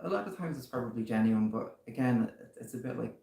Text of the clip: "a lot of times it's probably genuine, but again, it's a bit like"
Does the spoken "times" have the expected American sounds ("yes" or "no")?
yes